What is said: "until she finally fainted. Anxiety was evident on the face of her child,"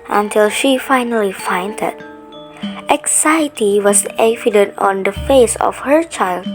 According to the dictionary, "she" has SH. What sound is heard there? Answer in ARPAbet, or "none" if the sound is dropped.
SH